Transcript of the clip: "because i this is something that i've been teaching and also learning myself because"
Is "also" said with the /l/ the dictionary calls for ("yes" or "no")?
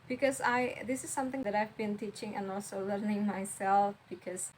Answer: yes